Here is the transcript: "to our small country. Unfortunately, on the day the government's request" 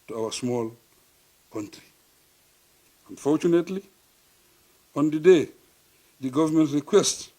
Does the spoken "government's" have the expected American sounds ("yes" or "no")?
no